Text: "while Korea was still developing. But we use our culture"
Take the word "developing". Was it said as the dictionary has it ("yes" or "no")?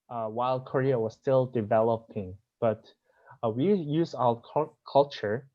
yes